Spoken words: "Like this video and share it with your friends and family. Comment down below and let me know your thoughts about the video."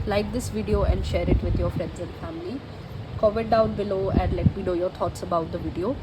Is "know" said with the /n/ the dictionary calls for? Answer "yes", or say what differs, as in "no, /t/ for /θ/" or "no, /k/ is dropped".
no, /l/ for /n/